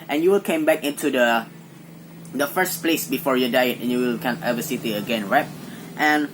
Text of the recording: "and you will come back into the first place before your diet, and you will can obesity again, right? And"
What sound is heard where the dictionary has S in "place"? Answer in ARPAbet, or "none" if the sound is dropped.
S